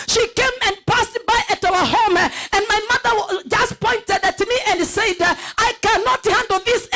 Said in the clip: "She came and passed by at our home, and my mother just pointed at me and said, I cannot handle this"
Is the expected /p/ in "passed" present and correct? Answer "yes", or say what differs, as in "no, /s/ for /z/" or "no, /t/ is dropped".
yes